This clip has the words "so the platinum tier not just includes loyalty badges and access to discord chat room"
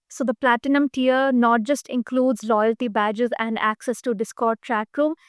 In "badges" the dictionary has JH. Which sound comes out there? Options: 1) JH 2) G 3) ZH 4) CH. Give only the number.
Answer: 1